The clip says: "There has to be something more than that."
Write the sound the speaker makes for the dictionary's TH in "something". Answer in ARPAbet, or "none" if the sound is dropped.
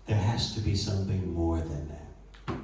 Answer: TH